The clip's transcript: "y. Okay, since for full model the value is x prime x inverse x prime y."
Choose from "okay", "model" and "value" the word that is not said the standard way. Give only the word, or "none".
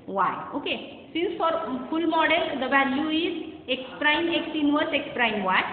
value